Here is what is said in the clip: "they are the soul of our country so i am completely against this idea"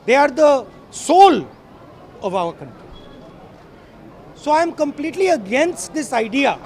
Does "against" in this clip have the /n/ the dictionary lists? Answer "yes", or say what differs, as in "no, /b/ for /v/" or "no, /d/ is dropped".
yes